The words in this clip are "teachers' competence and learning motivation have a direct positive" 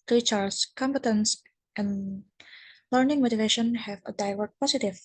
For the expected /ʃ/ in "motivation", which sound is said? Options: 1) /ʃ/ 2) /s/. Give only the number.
1